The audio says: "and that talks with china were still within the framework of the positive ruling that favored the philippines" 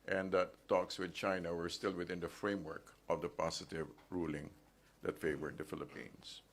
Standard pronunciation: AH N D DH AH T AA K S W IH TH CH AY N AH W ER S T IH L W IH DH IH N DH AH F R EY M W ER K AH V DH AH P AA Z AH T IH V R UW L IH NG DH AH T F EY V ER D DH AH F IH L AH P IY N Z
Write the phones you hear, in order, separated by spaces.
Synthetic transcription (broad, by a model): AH N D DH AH T AA K S W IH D CH AY N AH W ER S T IH L W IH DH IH N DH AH F R EY M W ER K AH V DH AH P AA S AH T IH V R UW L IH NG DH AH T F EY V ER D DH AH F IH L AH P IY N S